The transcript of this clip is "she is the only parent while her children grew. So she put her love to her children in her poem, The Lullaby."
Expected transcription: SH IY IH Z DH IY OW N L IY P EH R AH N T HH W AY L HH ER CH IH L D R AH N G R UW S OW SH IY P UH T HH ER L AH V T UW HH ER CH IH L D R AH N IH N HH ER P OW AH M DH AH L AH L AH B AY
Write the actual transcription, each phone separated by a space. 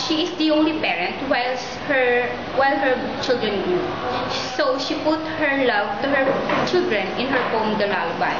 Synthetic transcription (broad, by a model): SH IY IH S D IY OW N L IY P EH R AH N T HH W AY L HH ER CH IH L D R AH N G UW S OW SH IY P UH T HH ER L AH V T UW HH ER CH IH L D R AH N IH N HH ER F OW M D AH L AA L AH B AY